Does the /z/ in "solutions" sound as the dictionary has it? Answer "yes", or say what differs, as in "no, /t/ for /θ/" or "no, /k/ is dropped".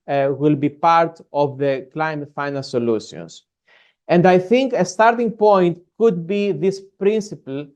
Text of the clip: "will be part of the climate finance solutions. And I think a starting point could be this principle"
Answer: no, /s/ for /z/